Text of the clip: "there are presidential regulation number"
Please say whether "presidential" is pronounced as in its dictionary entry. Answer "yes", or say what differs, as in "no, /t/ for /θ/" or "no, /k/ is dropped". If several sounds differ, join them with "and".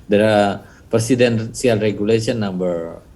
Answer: no, /s/ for /z/ and /s/ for /ʃ/